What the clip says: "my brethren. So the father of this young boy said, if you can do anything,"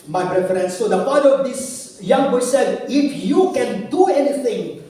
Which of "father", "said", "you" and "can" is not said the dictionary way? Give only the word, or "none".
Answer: father